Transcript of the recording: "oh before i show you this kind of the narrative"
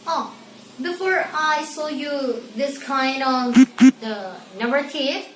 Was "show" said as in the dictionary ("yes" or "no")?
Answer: no